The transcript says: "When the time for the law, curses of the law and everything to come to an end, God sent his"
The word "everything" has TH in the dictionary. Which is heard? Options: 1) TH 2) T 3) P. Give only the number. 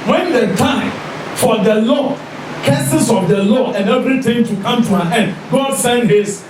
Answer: 2